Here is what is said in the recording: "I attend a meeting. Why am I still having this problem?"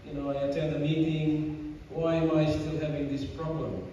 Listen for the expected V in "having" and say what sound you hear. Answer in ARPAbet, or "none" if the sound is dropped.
V